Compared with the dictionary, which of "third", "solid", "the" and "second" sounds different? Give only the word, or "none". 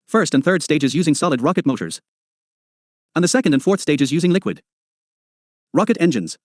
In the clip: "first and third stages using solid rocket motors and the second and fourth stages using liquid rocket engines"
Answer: none